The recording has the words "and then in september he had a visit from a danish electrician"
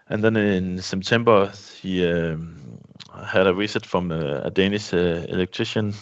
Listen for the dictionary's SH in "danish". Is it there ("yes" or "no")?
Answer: no